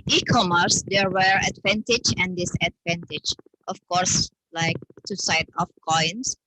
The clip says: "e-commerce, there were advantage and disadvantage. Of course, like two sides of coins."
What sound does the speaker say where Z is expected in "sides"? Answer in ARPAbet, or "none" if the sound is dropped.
none